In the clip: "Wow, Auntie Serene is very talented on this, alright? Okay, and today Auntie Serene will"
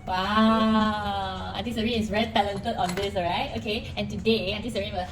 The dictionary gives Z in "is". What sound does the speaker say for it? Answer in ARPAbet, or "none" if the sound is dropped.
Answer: S